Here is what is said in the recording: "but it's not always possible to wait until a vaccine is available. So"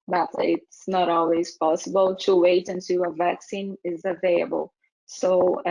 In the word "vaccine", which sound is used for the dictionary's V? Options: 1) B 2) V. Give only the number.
2